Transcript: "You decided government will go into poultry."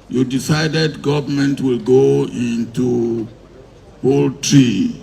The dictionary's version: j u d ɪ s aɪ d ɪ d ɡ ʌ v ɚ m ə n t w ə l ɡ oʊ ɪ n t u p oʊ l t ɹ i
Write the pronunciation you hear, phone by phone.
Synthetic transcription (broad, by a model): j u d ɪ s aɪ d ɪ d ɡ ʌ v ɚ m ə n t w ə l ɡ oʊ ɪ n t u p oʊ l t ɹ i